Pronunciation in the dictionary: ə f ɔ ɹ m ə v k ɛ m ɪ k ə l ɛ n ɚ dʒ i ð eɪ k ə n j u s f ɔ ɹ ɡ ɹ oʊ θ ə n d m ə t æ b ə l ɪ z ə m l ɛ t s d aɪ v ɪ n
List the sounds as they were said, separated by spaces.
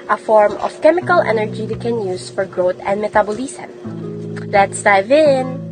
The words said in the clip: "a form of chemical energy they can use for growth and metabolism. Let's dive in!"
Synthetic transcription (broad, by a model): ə f ɔ ɹ m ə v k ɛ m ɪ k ə l ɛ n ɚ dʒ i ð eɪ k ə n j u s f ɔ ɹ ɡ ɹ oʊ t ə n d m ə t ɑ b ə l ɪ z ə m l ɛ t s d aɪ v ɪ n